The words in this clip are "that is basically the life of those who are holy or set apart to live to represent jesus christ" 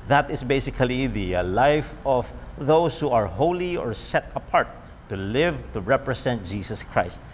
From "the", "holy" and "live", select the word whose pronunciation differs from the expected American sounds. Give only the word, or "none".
none